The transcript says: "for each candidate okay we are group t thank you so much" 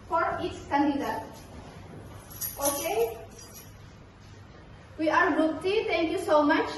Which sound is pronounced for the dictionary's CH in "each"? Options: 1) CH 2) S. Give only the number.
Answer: 2